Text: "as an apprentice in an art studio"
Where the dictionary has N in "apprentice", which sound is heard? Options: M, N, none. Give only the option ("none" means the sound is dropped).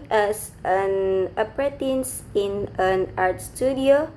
none